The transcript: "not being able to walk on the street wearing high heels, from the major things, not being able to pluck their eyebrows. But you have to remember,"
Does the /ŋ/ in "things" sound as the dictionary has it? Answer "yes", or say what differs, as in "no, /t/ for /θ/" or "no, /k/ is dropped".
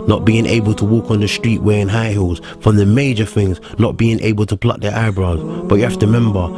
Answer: yes